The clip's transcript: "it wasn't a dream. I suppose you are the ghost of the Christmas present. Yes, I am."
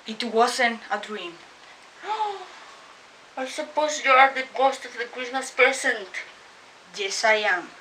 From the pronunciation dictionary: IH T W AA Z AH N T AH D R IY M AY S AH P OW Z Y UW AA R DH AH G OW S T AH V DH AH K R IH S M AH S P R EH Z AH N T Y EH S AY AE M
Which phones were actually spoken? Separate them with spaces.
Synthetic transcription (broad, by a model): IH T W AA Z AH N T AH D R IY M AY S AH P OW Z Y UW AA R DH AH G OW S T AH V DH AH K R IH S M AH S P EH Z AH N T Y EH S AY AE M